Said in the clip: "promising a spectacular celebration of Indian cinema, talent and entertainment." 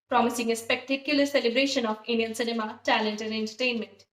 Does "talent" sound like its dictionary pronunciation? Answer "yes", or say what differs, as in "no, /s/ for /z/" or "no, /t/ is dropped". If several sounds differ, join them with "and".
yes